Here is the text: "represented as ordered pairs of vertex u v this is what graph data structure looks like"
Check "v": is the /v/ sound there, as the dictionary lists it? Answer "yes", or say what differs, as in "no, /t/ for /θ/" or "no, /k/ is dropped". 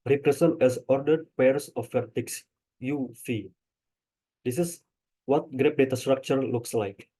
no, /f/ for /v/